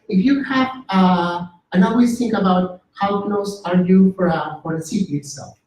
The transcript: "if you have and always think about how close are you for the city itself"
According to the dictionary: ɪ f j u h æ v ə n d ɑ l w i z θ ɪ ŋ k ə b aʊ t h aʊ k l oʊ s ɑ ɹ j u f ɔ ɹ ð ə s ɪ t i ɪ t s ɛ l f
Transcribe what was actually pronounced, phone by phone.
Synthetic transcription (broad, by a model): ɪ f j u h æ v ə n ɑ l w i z θ ɪ ŋ k ə b aʊ t h aʊ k n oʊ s ɑ ɹ j u f ɔ ɹ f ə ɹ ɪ s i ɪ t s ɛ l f